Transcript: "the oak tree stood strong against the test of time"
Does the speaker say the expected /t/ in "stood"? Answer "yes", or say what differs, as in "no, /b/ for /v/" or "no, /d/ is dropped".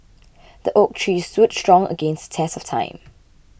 no, /s/ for /t/